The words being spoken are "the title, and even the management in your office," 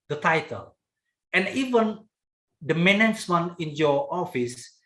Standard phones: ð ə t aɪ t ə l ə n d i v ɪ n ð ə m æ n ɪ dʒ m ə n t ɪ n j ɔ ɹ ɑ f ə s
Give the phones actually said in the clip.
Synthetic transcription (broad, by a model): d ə t aɪ t ə l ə n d i v ɪ n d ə m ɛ n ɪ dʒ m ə n ɪ n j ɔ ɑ f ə s